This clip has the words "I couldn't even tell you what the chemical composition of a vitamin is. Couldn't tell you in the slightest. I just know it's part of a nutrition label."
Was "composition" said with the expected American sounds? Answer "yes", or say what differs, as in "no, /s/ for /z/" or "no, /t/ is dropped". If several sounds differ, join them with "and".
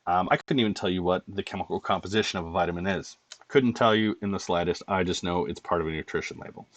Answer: yes